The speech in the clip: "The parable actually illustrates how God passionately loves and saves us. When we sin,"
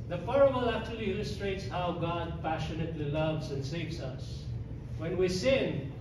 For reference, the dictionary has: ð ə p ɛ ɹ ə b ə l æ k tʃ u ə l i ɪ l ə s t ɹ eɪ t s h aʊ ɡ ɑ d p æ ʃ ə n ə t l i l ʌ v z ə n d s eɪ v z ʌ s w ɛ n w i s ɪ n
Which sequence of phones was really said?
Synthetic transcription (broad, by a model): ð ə f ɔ ɹ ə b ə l æ k tʃ u ə l i ɪ l ə s t ɹ eɪ t s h aʊ ɡ ɑ d p æ ʃ ə n ə t l i l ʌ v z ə n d s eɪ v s ʌ s w ɛ n w i s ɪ n